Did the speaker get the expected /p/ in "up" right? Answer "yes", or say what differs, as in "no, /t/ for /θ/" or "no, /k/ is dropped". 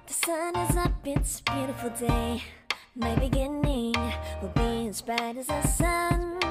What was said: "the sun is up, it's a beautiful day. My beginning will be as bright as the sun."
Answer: no, /b/ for /p/